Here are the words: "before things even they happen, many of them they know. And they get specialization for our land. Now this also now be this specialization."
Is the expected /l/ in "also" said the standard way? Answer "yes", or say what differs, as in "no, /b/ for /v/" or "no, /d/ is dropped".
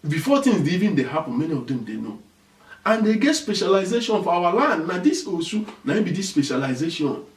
no, /l/ is dropped